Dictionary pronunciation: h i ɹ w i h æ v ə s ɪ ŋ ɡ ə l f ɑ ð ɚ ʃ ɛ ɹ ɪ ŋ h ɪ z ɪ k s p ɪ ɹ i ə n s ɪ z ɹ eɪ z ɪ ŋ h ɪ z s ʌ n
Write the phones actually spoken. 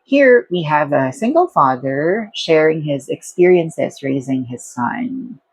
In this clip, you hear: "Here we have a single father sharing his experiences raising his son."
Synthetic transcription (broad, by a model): h i ɹ w i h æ v ə s ɪ ŋ ɡ ə l f ɑ ð ɚ ʃ ɛ ɹ ɪ ŋ h ɪ z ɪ k s p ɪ ɹ i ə n s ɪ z ɹ eɪ z ɪ ŋ h ɪ z s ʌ n